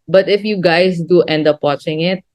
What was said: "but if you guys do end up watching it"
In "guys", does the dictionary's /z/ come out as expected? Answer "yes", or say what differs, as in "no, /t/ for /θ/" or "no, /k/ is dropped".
no, /s/ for /z/